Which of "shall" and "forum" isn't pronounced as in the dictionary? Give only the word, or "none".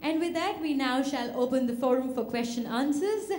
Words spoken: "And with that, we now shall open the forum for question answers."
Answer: none